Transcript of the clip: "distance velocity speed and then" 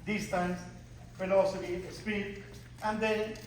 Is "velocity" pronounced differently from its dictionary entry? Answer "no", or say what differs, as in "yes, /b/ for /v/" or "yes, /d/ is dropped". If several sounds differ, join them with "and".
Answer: yes, /f/ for /v/